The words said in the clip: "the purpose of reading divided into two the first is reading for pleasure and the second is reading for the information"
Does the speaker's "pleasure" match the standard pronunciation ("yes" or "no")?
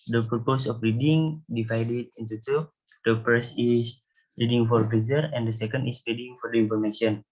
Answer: no